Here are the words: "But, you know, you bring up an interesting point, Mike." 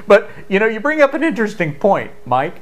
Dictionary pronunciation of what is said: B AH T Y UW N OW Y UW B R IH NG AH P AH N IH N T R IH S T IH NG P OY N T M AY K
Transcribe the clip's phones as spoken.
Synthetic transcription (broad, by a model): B AH T Y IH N OW Y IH B R IH NG AH P AH N IH N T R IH S T IH NG P OY N T M AY K